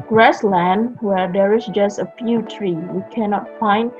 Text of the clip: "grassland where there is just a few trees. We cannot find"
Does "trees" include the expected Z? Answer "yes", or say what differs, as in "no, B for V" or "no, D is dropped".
no, Z is dropped